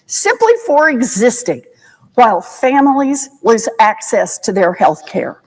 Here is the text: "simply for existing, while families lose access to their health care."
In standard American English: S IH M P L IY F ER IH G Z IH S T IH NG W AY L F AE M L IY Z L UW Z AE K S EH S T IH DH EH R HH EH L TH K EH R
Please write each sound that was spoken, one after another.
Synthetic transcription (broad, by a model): S IH M P L IY F ER IH G Z IH S T IH NG W AY L F AE M L IY Z W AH Z AE K S EH S T IH DH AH R HH EH L TH K EH R